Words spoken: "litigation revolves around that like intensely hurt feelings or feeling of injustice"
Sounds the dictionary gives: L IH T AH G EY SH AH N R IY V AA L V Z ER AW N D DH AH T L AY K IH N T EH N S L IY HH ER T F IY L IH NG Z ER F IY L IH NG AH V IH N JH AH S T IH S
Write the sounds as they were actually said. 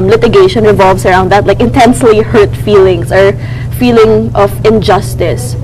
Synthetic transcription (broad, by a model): L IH T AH G EY SH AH N R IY V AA L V S ER AW N D DH AH T L AY K IH N T EH N S L IY HH ER T F IY L IH NG S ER F IY L IH NG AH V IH N JH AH S T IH S